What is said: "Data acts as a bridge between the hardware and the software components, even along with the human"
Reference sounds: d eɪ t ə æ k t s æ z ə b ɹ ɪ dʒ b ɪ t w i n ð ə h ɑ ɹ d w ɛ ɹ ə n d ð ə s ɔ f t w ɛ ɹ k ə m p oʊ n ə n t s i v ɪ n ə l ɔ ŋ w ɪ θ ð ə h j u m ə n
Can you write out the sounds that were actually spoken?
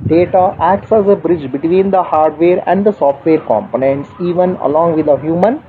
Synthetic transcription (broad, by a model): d eɪ t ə æ k t s æ z ə b ɹ ɪ dʒ b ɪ t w i n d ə h ɑ ɹ d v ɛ ɹ ə n d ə s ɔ f t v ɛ ɹ k ə m p oʊ n ə n t s i v ɪ n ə l ɔ ŋ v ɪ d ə h j u m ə n